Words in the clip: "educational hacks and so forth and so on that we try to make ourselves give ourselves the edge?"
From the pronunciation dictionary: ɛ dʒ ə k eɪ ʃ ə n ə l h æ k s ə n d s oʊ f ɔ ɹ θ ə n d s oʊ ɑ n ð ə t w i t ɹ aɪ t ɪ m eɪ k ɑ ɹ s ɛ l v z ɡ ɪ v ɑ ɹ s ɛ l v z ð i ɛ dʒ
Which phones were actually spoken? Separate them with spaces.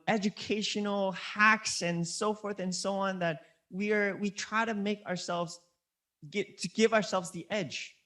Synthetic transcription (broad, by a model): ɛ dʒ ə k eɪ ʃ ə n l h æ k s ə n s oʊ f ɔ ɹ θ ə n s oʊ ɑ n ð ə t w i t ɹ aɪ t ɪ m eɪ k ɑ ɹ s ɛ l v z ɡ ɪ v ɑ ɹ s ɛ l v z ð i ɛ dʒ